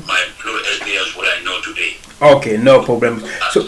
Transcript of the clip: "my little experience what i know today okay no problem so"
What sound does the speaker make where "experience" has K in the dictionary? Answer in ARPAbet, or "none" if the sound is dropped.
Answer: none